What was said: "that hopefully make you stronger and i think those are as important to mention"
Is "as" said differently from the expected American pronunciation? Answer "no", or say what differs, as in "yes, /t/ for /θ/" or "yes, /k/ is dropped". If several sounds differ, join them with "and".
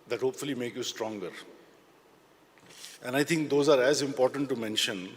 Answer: no